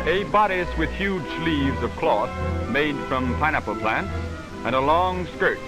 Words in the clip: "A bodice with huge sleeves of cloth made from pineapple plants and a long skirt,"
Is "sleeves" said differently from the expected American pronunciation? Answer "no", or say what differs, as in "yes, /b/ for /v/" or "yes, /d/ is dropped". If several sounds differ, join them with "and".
no